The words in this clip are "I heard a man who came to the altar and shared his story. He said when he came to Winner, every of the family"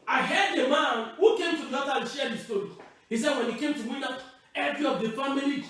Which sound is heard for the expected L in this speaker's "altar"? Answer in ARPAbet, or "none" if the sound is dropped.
none